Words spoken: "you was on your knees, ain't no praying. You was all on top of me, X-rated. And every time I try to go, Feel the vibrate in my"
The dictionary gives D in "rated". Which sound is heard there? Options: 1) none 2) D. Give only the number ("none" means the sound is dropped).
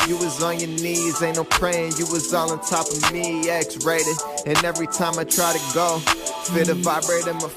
1